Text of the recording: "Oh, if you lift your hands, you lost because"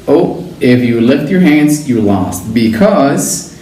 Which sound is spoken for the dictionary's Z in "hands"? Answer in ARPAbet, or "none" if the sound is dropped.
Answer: Z